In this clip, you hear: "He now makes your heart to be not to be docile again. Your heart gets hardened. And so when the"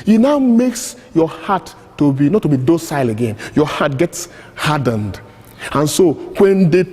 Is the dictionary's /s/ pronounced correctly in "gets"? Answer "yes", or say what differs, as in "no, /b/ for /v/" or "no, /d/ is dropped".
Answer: yes